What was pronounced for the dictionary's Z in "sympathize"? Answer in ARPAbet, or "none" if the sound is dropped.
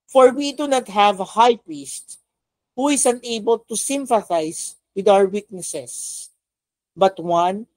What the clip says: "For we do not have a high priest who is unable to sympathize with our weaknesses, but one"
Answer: S